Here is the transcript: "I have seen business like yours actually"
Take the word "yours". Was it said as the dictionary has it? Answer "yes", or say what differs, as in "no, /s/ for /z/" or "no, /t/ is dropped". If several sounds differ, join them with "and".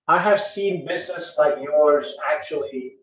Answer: yes